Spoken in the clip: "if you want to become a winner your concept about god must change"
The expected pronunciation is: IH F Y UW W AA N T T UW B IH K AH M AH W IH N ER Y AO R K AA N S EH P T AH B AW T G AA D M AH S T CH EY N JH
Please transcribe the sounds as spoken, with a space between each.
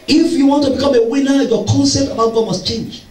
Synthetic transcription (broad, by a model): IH F Y UW W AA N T T UW B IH K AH M AH W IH N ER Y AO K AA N S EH T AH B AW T G AA D M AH S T CH EY N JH